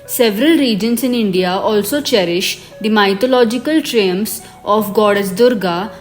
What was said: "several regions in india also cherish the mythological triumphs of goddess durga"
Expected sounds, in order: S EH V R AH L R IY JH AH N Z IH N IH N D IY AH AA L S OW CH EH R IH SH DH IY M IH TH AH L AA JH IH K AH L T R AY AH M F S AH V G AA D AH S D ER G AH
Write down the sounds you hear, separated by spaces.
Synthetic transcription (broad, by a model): S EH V R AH L R IY JH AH N S IH N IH N D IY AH AA L S OW CH EH R IH SH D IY M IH T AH L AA JH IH K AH L T R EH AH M S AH F G AA D AH S D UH G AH